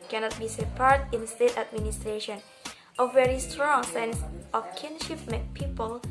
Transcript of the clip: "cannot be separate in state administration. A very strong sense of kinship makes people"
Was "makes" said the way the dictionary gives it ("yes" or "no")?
no